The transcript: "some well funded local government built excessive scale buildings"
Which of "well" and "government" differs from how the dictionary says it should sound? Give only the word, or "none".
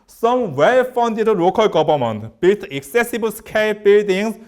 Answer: government